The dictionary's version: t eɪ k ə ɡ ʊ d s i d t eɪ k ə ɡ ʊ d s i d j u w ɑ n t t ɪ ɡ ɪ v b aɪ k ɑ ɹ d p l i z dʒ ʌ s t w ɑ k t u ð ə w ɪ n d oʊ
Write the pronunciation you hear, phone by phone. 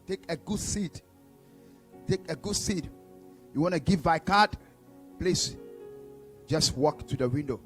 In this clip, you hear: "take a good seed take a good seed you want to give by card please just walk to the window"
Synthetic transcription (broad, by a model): t eɪ k ə ɡ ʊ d s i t t eɪ k ə ɡ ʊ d s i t j u w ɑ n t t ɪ ɡ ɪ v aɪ k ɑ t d p l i s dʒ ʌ s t w ɑ k t u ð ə w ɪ n d oʊ